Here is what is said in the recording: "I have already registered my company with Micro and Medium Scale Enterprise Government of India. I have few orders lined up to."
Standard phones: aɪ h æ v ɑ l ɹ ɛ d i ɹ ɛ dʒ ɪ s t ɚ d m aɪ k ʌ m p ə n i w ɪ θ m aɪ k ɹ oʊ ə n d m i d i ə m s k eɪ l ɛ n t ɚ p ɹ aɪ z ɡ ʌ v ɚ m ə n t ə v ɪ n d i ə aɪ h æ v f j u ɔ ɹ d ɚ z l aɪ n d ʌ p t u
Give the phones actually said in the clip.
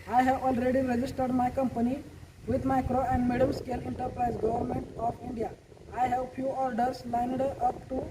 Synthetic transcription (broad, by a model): aɪ h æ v ɑ l ɹ ɛ d i ɹ ɛ dʒ ɪ s t ɚ d m aɪ k ʌ m p ə n i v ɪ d m aɪ k ɹ oʊ ə n d m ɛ d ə m s k eɪ l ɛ n t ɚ p ɹ aɪ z ɡ ʌ v ɚ m ə n t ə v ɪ n d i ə aɪ h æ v f j u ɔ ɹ d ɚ s l aɪ n d ʌ p t u